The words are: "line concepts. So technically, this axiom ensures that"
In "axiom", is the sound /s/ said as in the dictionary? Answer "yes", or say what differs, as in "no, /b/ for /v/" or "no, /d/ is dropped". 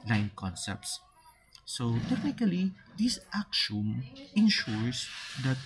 no, /ʃ/ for /s/